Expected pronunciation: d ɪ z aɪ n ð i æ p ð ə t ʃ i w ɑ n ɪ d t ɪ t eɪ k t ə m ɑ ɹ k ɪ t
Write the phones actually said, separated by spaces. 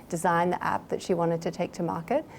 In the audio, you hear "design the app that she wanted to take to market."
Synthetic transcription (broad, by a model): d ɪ z aɪ n ð i æ p ð ə t ʃ i w ɑ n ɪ d t ɪ t eɪ k t ə m ɑ ɹ k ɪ t